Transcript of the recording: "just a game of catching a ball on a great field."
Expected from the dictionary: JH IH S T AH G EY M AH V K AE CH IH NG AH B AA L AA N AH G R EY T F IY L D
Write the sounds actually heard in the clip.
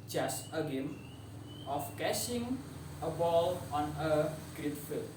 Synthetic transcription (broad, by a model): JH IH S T AH G EY M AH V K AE SH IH NG AH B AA L AA N AH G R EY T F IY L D